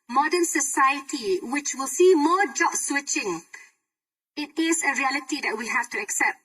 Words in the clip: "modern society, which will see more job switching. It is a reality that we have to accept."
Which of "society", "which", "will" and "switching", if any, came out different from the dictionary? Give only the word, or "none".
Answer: none